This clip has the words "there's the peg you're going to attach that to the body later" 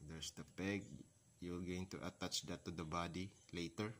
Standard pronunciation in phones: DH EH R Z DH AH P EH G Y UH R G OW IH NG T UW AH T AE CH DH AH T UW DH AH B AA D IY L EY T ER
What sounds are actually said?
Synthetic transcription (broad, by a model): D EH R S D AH P EH G Y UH L G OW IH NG T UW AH T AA CH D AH T UW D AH B AA D IY L EY T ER